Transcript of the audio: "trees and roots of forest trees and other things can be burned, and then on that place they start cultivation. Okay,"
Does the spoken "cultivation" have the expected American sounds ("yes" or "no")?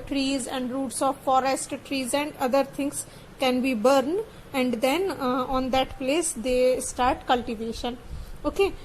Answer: yes